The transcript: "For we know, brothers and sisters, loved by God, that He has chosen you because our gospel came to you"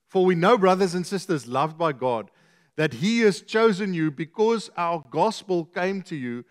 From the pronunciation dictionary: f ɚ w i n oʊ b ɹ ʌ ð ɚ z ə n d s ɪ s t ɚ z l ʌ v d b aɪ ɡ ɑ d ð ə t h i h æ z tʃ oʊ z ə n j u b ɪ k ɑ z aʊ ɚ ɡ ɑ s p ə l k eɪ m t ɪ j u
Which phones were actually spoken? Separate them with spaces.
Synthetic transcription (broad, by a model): f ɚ w i n oʊ b ɹ ʌ ð ɚ z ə n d s ɪ s t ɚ z l ʌ v d b aɪ ɡ ɑ d ð ə t h i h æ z tʃ oʊ z ə n j u b ɪ k ɑ z aʊ ɚ ɡ ɑ s p ə l k eɪ m t ɪ j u